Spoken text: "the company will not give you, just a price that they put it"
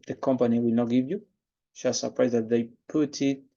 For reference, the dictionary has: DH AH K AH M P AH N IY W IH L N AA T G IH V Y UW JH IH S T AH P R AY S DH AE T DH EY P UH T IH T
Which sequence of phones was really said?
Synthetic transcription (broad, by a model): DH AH K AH M P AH N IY W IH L N AA T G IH V Y UW SH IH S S AH P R AY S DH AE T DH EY P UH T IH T